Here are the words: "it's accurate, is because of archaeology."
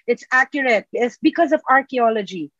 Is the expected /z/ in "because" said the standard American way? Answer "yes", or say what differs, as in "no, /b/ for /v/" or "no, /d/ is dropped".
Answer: yes